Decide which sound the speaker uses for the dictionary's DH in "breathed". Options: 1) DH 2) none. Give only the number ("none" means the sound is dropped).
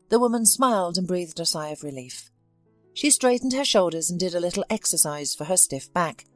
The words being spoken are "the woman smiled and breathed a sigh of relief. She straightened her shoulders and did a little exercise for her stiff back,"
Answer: 1